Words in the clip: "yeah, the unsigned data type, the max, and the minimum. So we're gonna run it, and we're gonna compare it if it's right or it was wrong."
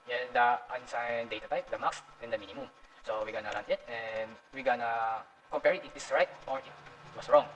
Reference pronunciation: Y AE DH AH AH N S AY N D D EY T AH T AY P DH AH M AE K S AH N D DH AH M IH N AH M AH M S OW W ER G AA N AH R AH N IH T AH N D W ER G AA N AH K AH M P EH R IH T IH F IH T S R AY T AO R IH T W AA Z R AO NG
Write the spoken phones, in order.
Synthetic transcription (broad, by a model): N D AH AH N S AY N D D EY T AH T AY P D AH M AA K S AH N D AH M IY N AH M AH M S OW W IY G AA N AH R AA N IH T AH N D W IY G AA N AH K AH M P EH R IH T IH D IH S R AY T AO R IH T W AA S R AO NG